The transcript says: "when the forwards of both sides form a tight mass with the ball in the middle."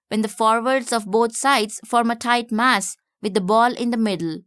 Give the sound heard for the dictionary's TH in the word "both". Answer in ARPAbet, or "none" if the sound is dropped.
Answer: T